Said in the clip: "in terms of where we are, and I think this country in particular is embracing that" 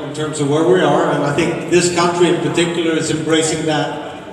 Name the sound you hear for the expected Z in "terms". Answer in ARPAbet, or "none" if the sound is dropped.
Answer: Z